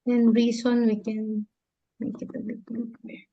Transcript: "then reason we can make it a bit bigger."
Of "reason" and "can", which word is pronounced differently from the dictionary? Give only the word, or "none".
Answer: reason